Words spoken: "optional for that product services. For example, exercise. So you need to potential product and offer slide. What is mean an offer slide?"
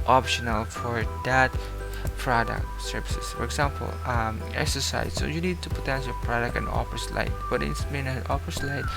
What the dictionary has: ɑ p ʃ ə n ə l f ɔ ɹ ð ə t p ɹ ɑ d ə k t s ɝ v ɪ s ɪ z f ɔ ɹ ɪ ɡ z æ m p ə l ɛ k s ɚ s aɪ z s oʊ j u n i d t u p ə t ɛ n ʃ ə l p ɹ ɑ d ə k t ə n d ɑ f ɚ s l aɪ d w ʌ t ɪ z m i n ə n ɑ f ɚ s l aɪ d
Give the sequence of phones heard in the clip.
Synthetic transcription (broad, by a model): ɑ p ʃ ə n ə l f ɔ ɹ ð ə t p ɹ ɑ d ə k s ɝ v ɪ s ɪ s f ɔ ɹ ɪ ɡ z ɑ m p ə l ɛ k s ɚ s aɪ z s oʊ j u n i d t u p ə t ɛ n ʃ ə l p ɹ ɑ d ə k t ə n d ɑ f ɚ s l aɪ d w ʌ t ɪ s m i n ə n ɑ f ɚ s l aɪ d